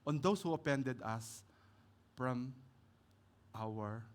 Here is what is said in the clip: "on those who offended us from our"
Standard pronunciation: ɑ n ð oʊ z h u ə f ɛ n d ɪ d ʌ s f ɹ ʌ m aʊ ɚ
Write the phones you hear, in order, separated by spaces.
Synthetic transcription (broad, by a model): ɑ n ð oʊ s h u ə p ɛ n d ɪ d ʌ s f ɹ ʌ m aʊ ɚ